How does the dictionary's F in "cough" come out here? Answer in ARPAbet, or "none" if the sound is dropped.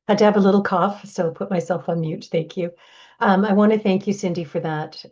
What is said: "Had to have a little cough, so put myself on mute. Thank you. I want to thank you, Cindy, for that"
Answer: F